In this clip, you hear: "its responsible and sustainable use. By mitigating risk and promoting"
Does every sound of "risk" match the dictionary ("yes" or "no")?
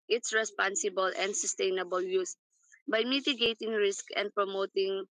yes